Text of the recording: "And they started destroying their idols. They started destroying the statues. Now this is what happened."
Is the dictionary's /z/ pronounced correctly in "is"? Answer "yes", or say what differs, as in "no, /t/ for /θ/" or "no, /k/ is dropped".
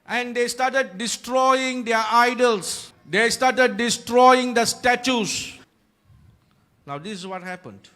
no, /s/ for /z/